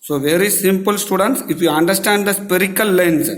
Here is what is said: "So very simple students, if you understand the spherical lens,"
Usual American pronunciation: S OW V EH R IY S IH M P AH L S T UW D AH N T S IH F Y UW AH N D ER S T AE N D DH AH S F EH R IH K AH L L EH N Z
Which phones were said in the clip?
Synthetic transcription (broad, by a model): S OW V EH R IY S IH M P AH L S T UW D AH N T S IH F Y UW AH N D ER S T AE N D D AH S P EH R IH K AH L L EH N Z